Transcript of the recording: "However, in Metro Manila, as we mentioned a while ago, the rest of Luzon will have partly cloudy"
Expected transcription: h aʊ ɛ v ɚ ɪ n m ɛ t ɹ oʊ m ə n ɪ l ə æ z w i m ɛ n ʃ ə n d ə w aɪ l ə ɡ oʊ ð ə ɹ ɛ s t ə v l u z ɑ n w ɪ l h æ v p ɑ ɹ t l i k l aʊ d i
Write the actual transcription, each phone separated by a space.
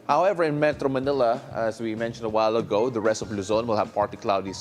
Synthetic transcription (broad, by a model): h aʊ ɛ v ɚ ɪ n m ɛ t ɹ oʊ m ə n ɪ l ə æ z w i m ɛ n ʃ ə n d ə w aɪ l ə ɡ oʊ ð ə ɹ ɛ s t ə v l u z ɑ n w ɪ l h æ v p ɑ ɹ t i k l aʊ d i